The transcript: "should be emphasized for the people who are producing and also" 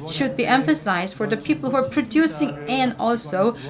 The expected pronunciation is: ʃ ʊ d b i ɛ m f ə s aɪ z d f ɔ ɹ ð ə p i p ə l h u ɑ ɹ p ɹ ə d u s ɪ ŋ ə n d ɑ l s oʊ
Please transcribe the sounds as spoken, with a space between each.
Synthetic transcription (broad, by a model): ʃ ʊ d b i ɛ m f ə s aɪ z d f ɔ ɹ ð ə p i p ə l h u ɑ ɹ p ɹ ə d u s ɪ ŋ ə n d ɑ l s oʊ